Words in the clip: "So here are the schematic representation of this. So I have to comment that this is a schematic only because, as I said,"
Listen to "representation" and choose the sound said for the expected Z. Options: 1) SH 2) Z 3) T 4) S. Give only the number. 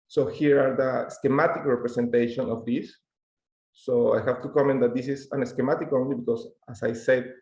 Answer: 4